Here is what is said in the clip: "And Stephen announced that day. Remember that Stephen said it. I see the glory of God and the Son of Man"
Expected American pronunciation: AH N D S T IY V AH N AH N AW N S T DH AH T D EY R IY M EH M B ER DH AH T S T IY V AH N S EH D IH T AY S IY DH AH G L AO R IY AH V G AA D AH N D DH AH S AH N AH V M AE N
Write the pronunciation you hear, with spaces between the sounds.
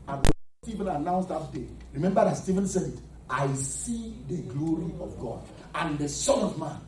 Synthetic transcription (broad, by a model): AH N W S T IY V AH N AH N AW N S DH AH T D EY R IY M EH M B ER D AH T S T IY V AH N S EH D IH T AY S IY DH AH G L AO R IY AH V G AA D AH N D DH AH S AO N AH V M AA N